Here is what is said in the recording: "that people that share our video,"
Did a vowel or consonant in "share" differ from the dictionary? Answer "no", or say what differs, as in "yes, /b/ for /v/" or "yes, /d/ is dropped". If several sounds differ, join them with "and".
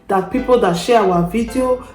yes, /w/ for /ɹ/